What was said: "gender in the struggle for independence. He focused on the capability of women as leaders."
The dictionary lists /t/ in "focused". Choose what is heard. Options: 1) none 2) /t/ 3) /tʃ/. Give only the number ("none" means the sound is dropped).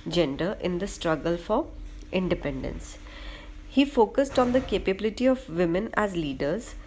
2